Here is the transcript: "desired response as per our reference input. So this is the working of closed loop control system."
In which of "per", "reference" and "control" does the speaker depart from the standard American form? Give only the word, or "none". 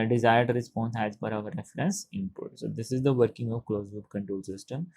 per